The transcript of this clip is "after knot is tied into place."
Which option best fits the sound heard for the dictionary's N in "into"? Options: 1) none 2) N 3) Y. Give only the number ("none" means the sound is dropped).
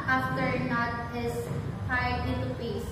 1